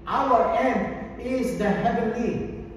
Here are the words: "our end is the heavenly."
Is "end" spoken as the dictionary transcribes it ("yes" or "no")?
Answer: no